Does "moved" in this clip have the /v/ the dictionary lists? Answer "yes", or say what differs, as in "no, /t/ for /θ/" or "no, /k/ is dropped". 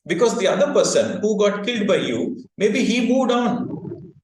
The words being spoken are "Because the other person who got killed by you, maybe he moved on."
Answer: no, /v/ is dropped